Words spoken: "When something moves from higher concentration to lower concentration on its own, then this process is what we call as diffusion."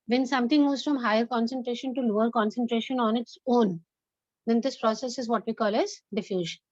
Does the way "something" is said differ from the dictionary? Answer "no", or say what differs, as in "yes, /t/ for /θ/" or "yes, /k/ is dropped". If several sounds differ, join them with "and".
yes, /t/ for /θ/